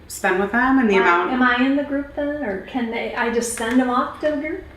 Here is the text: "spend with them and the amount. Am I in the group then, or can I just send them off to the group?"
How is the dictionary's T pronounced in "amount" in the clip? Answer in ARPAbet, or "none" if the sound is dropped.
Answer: none